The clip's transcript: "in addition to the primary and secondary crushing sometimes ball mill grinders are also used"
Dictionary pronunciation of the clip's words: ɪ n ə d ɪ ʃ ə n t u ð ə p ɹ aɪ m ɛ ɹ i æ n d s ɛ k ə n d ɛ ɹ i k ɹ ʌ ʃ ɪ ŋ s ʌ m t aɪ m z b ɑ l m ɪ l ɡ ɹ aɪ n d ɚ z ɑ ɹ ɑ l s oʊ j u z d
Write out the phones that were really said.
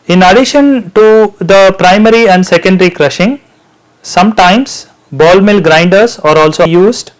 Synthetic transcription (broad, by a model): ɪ n ə d ɪ ʃ ə n t u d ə p ɹ aɪ m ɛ ɹ i æ n d s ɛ k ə n d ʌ ɹ i k ɹ ʌ ʃ ɪ ŋ s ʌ m t aɪ m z b ɑ l m ɪ l ɡ ɹ aɪ n d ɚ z ɑ ɹ ɑ l s oʊ j u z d